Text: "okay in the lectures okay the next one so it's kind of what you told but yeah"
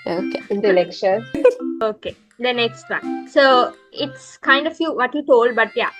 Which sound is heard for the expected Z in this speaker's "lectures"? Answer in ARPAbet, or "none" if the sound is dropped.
none